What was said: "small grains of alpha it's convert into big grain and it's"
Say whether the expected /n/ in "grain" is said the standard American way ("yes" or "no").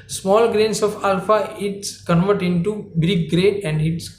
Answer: no